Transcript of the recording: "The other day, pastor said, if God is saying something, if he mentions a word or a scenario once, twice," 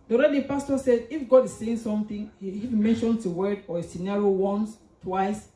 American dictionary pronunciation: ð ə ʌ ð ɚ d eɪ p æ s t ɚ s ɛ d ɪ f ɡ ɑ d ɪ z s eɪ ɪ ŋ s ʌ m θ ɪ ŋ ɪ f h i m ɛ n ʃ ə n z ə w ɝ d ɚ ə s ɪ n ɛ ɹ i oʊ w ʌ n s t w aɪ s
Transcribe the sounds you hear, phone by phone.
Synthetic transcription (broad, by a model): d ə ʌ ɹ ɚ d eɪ p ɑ s t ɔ s ɛ d ɪ f ɡ ɑ d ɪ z s eɪ ɪ ŋ s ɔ m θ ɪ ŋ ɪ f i m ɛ n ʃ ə n ə w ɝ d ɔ ə s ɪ n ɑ ɹ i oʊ w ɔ n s t w aɪ s